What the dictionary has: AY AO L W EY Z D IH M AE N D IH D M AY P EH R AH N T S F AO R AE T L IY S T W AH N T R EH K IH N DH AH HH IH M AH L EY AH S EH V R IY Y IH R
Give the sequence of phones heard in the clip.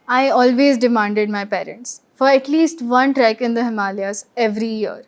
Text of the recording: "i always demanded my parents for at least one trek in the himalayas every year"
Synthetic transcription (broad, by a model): AY AO L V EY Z D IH M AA N D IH D M AY P EH R AH N T S F AO R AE T L IY S T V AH N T R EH K IH N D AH HH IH M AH L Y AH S EH V R IY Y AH R